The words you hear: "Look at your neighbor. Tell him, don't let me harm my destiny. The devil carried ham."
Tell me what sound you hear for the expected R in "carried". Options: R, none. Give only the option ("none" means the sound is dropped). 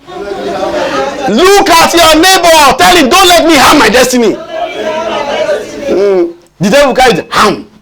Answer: none